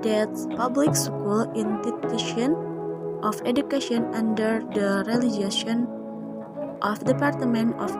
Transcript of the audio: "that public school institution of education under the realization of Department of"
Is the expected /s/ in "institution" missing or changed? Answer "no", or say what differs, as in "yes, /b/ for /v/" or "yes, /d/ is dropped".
yes, /s/ is dropped